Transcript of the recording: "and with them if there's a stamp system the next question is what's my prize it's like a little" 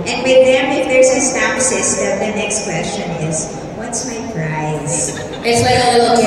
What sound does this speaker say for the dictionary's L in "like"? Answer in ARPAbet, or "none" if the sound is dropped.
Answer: W